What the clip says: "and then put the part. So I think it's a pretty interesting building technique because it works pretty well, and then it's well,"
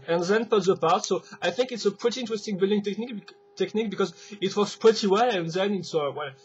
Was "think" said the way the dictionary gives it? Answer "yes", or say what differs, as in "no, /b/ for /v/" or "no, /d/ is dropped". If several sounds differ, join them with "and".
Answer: yes